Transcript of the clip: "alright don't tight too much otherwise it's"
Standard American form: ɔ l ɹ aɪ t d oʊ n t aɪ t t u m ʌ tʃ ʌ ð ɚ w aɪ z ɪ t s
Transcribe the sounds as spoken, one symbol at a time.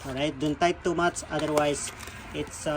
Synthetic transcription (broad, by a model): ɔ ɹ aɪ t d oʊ n t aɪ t t u m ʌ s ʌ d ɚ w aɪ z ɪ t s